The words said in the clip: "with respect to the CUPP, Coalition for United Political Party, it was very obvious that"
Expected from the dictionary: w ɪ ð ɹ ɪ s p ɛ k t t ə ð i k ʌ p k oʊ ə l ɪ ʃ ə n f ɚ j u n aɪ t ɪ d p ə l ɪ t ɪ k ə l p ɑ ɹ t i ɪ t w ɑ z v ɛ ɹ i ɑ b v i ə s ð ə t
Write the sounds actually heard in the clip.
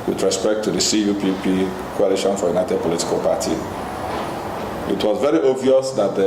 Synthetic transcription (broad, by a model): w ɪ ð ɹ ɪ s p ɛ k t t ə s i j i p k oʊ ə l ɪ ʃ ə n f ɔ j u n aɪ t ɪ d p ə l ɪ t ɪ k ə l p ɑ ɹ t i ɪ t w ɑ z v ɛ ɹ i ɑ v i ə s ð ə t